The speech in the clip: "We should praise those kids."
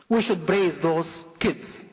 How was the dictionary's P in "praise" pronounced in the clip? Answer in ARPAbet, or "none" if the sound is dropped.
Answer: B